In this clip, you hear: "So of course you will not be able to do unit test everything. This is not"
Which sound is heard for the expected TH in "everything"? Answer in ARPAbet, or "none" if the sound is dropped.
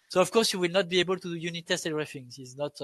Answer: F